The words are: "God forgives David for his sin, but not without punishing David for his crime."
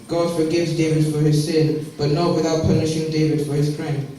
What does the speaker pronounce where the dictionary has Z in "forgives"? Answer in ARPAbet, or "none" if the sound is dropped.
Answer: Z